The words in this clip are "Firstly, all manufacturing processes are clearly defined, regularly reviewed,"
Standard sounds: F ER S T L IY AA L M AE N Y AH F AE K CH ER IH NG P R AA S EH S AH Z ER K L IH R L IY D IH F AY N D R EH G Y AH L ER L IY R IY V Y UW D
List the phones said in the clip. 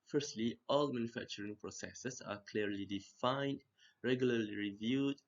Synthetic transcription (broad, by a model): F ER S T L IY AA L M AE N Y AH F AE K CH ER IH NG P R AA S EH S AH S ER K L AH R L IY D IH F AY N D R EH G Y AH L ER L IY R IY V Y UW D